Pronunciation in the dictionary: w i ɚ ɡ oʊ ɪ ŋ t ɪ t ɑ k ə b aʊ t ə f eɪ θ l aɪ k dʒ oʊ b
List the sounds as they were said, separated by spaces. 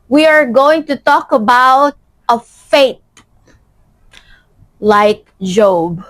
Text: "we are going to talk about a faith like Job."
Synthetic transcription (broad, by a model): w i ɚ ɡ oʊ ɪ ŋ t ɪ t ɑ k ə b aʊ t ə f eɪ t l aɪ k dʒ oʊ b